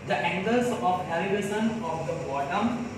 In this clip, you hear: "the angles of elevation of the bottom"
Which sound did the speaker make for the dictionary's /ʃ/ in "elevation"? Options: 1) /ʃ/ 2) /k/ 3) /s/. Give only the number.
3